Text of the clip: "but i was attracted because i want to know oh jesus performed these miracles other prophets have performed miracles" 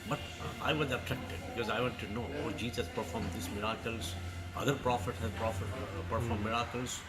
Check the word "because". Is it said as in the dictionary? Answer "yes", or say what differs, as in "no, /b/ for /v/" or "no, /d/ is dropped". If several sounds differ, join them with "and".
yes